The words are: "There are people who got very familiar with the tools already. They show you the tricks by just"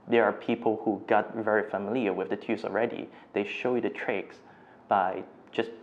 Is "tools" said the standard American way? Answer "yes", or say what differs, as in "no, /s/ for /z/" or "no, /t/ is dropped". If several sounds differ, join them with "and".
no, /l/ is dropped